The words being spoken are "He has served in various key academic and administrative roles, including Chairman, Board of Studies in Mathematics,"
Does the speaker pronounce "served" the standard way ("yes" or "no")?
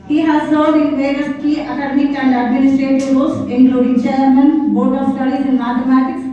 no